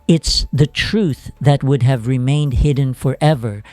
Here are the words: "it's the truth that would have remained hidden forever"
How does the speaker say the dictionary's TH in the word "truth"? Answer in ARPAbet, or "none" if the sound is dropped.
TH